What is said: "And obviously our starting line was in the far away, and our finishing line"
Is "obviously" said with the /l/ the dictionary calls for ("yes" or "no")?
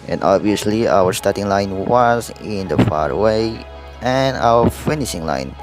yes